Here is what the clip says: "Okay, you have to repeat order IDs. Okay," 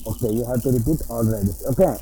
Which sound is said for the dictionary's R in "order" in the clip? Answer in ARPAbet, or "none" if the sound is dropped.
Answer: L